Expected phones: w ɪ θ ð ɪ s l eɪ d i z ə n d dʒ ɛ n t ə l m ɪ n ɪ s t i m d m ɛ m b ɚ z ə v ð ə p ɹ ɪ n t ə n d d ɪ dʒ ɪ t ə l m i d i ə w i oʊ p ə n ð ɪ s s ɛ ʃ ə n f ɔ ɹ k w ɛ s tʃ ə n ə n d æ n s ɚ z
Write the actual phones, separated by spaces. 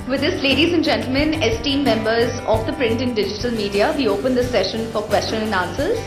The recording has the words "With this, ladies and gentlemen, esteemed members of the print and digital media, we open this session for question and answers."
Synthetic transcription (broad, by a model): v ɪ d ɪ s l eɪ d i z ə n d dʒ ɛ n t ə l m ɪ n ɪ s t i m m ɛ m b ɚ z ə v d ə p ɹ ɪ n t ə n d d ɪ dʒ ɪ t ə l m i d i ə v i oʊ p ə n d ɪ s s ɛ ʃ ə n f ɔ ɹ k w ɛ s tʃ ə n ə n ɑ n s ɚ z